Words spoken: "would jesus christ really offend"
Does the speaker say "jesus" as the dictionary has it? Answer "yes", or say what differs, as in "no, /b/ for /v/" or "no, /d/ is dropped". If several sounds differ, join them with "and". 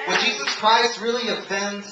yes